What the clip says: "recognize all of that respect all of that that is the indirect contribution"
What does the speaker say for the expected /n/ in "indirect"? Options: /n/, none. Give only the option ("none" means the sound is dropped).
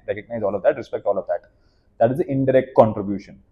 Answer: /n/